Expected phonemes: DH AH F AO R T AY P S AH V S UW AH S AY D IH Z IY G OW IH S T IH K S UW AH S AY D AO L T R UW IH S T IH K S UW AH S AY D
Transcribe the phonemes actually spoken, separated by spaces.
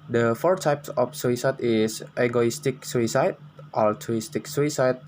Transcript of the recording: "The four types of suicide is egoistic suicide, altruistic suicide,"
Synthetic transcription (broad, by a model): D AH F AO R T AY P S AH F S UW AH S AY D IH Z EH G OW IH S T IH K S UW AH S AY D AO L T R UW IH S T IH K S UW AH S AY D